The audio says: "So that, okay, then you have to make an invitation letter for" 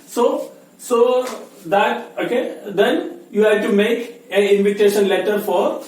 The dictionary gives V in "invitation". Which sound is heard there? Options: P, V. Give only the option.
V